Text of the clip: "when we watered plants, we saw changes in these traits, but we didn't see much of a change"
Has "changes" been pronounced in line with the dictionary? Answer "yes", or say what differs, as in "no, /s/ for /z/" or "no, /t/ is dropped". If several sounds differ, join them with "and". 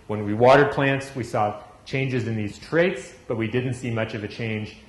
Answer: yes